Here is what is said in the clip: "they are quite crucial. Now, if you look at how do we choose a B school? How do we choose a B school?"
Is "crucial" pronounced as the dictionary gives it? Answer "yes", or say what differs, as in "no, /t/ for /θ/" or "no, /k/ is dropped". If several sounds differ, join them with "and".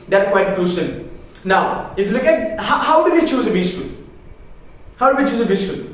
no, /s/ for /ʃ/ and /n/ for /l/